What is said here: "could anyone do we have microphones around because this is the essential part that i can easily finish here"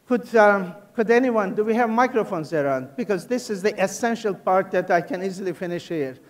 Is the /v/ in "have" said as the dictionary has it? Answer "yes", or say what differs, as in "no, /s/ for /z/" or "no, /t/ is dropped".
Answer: yes